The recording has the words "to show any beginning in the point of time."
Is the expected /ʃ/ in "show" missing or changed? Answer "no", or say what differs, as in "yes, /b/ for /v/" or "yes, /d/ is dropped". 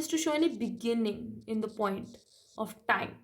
no